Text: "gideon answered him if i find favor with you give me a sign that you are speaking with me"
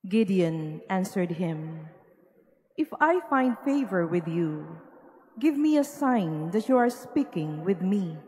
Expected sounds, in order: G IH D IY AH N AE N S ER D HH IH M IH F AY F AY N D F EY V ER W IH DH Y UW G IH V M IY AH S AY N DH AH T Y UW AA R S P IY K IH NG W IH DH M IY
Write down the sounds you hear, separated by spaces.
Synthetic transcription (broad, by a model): G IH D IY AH N AE N S ER D HH IH M IH F AY F AY N D F EY V ER W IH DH Y UW G IH V M IY AH S AY N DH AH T Y UW AA R S P IY K IH NG W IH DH M IY